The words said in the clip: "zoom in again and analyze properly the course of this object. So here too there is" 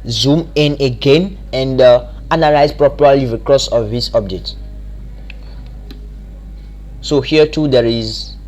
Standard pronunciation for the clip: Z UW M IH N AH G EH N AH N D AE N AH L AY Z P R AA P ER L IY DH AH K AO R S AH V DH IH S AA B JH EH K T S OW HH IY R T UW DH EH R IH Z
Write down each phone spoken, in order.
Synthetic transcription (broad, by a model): Z UW M IH N AH G EH N AH N D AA N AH L AY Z P R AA P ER L IY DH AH K AO S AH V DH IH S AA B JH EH T S OW HH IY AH T UW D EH R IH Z